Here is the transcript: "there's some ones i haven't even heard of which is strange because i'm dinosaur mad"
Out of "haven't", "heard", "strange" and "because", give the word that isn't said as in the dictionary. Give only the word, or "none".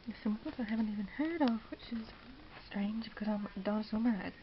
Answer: none